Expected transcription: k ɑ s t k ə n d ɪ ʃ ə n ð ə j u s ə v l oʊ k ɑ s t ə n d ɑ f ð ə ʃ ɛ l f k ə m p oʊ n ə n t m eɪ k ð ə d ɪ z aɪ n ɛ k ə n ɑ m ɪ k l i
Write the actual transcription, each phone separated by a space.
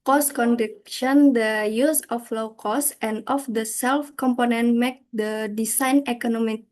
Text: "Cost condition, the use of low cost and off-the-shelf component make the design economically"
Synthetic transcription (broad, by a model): k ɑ s k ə n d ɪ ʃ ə n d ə j u s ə f l oʊ k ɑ s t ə n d ɑ f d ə s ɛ l f k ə m p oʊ n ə n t m eɪ k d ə d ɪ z aɪ n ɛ k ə n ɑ m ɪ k